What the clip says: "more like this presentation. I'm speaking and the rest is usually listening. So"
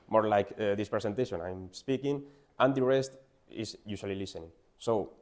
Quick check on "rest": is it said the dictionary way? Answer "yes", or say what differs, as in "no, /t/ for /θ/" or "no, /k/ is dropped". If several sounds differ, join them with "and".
yes